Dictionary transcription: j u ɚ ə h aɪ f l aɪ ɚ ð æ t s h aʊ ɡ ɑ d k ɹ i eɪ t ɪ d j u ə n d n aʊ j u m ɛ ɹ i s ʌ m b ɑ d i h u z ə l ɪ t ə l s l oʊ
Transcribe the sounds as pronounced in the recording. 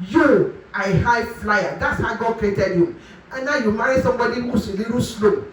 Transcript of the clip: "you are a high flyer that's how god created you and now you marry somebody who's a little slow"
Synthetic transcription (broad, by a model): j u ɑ ə h aɪ f l aɪ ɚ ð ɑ t s h aʊ ɡ ɑ d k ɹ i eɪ t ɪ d j u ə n n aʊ j u m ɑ ɹ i s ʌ m b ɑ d i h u s ə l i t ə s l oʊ